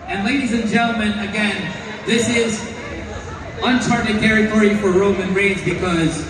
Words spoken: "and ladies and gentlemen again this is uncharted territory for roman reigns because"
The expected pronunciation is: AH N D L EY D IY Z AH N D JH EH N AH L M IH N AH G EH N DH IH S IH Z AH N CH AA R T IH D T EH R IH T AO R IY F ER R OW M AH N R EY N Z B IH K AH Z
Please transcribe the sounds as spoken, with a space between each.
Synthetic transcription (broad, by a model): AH N L EY D IY Z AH N JH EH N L M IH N AH G EH N DH IH S IH Z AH N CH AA R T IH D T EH R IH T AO R IY F ER R OW M AH N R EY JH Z B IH K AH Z